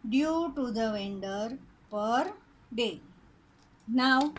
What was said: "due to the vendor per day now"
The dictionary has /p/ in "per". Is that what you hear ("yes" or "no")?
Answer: yes